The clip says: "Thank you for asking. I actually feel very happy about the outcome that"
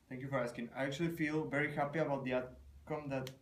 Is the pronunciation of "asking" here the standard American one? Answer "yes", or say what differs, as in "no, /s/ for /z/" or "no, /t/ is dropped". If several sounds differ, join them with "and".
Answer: yes